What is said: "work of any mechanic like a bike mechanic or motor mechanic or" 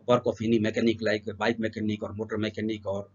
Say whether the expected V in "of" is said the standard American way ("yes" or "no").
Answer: no